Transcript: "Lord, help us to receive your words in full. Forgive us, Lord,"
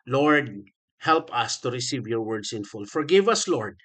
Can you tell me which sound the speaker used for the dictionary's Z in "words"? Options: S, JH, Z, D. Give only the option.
S